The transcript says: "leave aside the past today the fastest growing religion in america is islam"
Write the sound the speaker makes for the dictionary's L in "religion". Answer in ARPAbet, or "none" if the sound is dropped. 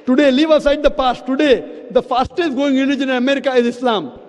N